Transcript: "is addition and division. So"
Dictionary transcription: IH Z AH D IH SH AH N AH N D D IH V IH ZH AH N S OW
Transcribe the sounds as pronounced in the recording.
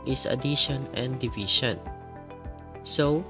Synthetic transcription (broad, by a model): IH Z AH D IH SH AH N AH N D D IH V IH SH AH N S OW